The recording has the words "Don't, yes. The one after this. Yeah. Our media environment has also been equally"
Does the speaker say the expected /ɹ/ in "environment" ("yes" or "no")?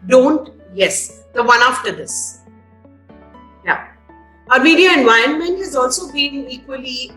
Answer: no